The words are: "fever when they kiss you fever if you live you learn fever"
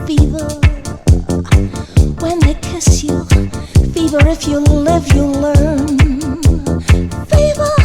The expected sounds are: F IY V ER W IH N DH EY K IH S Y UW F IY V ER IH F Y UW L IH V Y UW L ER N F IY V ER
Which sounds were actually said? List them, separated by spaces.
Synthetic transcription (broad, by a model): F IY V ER W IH N DH EY K IH S Y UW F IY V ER IH F Y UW L IH V Y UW L ER N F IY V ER